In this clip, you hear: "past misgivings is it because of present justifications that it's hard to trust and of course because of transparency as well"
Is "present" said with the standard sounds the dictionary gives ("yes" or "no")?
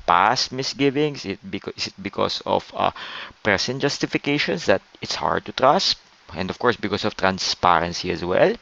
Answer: no